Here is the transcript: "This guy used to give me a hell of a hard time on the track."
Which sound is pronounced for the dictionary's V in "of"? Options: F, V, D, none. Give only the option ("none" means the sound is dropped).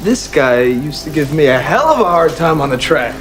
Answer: V